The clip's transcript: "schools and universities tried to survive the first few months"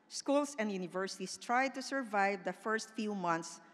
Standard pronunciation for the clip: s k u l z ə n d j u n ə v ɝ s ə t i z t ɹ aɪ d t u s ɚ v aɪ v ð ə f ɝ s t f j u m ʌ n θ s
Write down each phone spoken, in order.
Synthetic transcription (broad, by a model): s k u l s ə n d j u n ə v ɝ s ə t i s t ɹ aɪ d t u s ɚ v aɪ v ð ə f ɝ s t f j u m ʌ n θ s